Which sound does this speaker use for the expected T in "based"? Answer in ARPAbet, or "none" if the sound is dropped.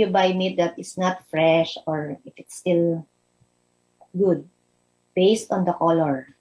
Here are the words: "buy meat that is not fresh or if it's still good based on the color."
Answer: T